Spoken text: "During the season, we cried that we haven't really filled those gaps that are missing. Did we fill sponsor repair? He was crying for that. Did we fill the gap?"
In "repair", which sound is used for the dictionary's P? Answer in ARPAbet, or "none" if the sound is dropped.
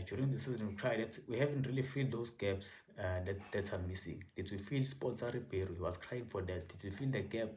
B